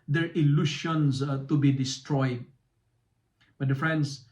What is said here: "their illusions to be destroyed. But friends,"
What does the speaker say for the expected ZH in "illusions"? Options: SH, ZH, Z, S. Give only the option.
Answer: SH